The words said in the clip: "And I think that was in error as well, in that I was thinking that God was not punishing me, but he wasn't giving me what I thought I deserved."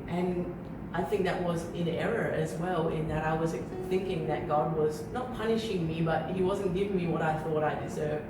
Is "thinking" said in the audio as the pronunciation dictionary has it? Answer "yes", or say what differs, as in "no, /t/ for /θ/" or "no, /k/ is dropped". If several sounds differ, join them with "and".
yes